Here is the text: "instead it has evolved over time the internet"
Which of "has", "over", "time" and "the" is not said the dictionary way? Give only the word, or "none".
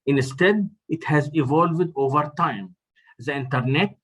none